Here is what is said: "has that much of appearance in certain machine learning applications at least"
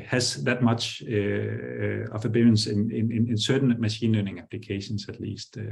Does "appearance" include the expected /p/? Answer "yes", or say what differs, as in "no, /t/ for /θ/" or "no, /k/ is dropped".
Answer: no, /b/ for /p/